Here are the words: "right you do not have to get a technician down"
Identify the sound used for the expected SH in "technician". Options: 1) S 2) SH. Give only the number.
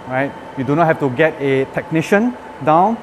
2